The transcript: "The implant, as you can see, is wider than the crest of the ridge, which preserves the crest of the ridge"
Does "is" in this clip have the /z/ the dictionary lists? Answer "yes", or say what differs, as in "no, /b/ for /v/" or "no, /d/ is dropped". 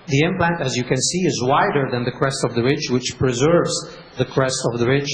yes